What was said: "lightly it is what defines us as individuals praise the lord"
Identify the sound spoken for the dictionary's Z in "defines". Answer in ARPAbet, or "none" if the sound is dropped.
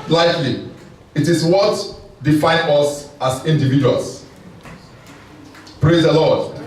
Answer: none